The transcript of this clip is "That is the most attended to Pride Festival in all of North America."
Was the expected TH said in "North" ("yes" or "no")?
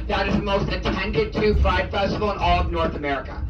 yes